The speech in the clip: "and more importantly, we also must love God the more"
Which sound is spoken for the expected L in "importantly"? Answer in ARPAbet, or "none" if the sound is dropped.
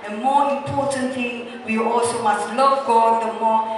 none